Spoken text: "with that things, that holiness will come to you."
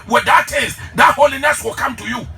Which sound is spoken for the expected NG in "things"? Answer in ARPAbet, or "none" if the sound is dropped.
none